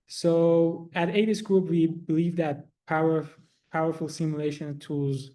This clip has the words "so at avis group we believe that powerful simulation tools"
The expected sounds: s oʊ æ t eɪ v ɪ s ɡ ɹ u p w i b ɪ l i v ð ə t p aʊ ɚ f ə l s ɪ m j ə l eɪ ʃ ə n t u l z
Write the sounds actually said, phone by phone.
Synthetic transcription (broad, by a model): s oʊ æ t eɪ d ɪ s ɡ ɹ u p w i b ɪ l i v ð ə t p aʊ ɚ p ə l s ɪ m j ə l eɪ ʃ ə n t u l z